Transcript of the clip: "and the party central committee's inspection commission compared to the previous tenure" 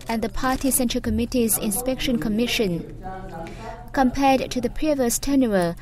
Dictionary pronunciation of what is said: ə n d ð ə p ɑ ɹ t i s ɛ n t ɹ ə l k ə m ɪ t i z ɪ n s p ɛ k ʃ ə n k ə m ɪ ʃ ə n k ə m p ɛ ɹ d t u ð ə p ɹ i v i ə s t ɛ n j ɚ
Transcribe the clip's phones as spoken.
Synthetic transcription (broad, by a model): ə n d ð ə p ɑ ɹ t i s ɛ n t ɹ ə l k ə m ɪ t i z ɪ n s p ɛ k ʃ ə n k ə m ɪ ʃ ə n k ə m p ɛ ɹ d t u ð ə p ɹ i v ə s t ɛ n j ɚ